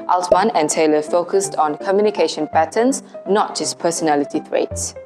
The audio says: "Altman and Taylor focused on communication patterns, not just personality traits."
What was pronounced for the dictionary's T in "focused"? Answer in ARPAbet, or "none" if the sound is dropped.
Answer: T